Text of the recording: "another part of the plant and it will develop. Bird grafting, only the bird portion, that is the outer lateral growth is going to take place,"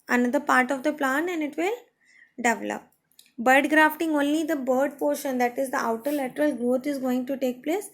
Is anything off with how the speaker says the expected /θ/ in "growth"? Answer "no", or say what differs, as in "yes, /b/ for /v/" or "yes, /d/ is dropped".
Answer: yes, /t/ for /θ/